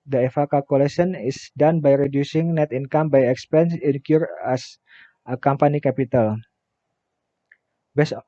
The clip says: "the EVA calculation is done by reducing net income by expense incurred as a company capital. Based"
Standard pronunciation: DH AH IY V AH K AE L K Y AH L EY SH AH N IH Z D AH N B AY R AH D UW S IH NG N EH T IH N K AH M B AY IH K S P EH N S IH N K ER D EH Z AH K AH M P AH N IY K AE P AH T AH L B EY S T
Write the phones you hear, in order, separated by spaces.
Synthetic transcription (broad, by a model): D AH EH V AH K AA K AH L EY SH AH N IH S D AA N B AY R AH D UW S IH NG N EH T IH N K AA M B AY IH K S P EH N S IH N K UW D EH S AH K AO M P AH N IY K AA P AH T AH L B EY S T